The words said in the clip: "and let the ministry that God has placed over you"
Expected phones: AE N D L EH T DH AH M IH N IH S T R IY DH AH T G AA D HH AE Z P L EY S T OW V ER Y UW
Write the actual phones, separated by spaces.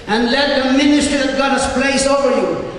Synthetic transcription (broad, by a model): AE N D L EH T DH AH M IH N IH S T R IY DH AH T G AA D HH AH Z P L EY S OW V ER Y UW